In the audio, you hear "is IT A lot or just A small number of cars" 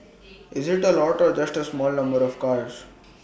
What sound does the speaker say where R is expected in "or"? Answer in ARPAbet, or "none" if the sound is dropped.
R